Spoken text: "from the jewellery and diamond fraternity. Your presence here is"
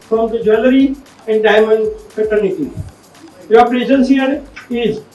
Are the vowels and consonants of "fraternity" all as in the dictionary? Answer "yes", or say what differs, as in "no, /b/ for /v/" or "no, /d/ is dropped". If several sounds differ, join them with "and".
no, /ɹ/ is dropped